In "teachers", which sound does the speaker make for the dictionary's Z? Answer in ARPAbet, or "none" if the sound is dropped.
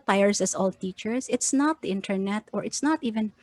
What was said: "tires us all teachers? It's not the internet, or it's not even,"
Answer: S